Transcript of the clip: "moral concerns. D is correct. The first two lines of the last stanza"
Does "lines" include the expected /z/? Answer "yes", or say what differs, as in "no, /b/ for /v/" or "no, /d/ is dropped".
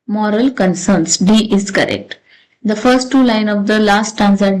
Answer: no, /z/ is dropped